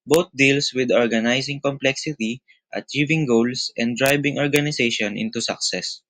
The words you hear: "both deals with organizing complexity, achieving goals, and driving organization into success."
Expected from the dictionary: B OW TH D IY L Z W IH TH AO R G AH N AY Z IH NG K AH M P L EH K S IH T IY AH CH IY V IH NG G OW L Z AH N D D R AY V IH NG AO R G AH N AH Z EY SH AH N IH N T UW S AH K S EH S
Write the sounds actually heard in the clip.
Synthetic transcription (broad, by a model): B OW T D IY L S W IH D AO R G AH N AY S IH NG K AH M P L EH K S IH T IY AH CH IY V IH NG G OW L S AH N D D R AY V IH NG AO R G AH N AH S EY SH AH N IH N T UW S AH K S EH S